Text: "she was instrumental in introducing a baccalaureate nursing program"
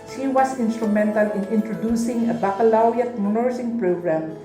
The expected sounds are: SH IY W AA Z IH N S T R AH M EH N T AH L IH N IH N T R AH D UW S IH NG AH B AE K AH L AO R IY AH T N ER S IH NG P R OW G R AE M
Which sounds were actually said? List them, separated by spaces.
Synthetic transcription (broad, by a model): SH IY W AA S IH N S T R AH M EH N T AH L IH N IH N T R AH D UW S IH NG AH B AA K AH L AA W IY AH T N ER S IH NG P R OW G R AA M